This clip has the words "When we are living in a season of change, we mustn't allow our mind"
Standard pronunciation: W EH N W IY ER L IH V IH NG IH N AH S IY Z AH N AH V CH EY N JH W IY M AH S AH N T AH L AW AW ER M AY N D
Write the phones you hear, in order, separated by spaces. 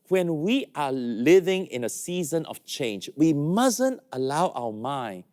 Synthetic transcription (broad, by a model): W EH N W IY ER L IH V IH NG IH N AH S IY Z AH N AH V CH EY N JH W IY M AH S AH N T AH L AW AW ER M AY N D